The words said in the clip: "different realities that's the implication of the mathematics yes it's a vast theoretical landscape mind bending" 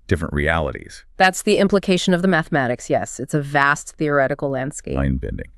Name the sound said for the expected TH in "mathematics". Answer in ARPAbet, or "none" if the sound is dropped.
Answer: TH